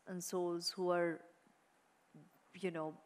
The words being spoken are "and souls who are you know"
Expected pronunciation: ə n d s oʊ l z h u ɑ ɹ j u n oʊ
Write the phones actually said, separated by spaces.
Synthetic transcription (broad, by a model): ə n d s oʊ l z h u ɑ ɹ j u n oʊ